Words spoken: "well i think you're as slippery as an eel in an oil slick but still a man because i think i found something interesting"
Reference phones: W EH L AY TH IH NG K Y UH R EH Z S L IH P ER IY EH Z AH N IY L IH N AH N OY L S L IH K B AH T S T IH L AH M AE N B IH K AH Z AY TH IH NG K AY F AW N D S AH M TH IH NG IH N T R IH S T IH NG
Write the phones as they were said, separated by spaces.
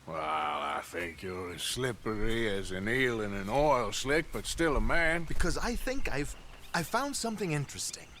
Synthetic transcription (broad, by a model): W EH L AY TH IH NG K Y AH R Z S L IH P ER IY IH Z AH N IY L IH N AH N OY L S L IH K B AH T S T IH L AH M AE N B IH K AH Z AY TH IH NG K AY F AW N D S AH M TH IH NG IH N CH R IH S T IH NG